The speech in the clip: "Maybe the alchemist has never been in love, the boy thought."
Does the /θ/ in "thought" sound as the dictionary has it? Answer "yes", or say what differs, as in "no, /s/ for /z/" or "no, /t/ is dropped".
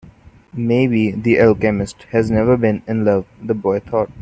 no, /t/ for /θ/